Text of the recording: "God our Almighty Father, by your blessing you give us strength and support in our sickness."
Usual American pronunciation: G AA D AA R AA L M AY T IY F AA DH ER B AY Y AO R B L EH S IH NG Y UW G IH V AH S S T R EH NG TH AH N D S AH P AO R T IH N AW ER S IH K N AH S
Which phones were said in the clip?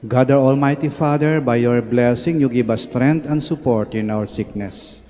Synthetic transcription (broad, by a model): G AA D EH R AA L M AY T IY F AA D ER B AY Y AO R B L EH S IH NG Y UW G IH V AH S S T R EH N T AH N D S AH P AO R T IH N AW ER S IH K N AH S